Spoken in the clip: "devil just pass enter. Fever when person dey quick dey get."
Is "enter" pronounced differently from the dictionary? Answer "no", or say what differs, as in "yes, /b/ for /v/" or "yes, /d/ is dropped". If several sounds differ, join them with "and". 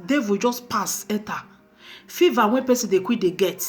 yes, /n/ is dropped